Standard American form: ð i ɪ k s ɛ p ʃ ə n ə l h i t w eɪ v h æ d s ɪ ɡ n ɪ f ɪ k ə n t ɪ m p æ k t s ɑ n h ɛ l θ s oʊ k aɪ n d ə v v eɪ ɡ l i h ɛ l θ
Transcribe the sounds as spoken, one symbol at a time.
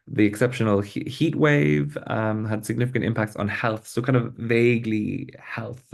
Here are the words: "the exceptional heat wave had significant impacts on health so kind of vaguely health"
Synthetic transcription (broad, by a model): ð i ɪ k s ɛ p ʃ ə n ə l h i t w eɪ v h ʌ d s ɪ ɡ n ɪ f ɪ k ə n t ɪ m p æ k t s n h ɛ l θ s oʊ k aɪ n d ə v v eɪ ɡ l i h ɛ l θ